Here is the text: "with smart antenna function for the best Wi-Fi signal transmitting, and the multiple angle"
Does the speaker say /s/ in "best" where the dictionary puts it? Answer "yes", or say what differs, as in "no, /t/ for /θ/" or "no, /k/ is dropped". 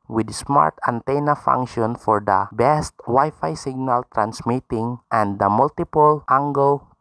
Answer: yes